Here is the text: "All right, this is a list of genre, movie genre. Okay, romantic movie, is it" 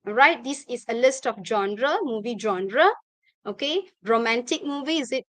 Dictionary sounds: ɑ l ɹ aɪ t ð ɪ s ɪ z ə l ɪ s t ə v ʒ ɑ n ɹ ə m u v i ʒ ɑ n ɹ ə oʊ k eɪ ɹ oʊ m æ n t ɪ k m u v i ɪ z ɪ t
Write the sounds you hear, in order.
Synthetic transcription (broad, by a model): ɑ ɹ aɪ t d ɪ s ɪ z ə l ɪ s t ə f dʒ ɑ n ɹ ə m u v i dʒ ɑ n ɹ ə oʊ k eɪ ɹ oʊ m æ n t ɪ k m u v i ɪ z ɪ t